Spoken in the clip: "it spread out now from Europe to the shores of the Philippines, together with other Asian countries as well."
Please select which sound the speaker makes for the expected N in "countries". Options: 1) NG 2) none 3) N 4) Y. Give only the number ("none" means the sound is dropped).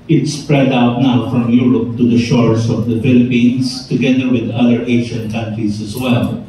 3